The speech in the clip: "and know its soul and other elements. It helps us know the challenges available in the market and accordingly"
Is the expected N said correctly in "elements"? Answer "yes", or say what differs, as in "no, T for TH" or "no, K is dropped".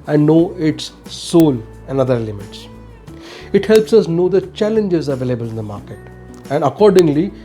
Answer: no, N is dropped